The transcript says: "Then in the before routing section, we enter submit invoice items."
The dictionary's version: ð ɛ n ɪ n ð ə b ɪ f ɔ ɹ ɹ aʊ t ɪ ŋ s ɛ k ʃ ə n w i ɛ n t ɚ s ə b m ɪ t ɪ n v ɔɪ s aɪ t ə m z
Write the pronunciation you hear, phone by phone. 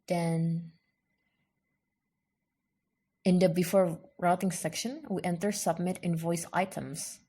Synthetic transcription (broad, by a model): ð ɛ n ɪ n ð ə b ɪ f ɔ ɹ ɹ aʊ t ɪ ŋ s ɛ k ʃ ə n w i ɛ n t ɚ s ə b m ɪ t ɪ n v ɔɪ s aɪ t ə m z